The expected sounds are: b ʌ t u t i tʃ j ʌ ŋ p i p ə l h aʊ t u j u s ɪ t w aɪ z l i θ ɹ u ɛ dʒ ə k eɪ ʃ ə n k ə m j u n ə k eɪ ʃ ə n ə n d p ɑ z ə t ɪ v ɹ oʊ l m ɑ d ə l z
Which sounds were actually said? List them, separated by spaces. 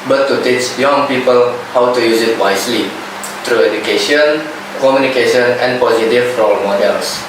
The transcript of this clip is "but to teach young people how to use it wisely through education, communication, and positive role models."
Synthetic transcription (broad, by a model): b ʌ t u t i tʃ j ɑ ŋ p i p ə l h aʊ t u j u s ɪ t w aɪ s l i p ɹ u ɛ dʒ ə k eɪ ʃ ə n k ə m j u n ə k eɪ ʃ ə n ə n p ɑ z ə t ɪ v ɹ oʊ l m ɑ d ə l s